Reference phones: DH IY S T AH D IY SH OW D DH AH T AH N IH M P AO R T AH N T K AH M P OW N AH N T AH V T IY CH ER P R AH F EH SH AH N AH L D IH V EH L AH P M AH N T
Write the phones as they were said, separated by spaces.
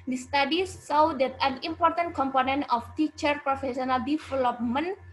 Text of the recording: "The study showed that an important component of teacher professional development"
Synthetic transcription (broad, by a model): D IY S T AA D IY S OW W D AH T AH N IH M P AO R T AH N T K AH M P OW N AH N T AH F T IY CH ER P R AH F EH S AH N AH L D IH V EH L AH P M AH N